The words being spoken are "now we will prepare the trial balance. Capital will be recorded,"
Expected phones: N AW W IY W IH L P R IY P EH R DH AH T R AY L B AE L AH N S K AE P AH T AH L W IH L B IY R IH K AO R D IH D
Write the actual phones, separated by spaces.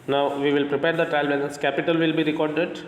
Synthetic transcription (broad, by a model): N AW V IY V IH L P R IY P EH R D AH T R AY L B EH N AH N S K AE P AH T AH L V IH L B IY R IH K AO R D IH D